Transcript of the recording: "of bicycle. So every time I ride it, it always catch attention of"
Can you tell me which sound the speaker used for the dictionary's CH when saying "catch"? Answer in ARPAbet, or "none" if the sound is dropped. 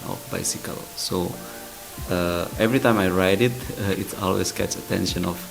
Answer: S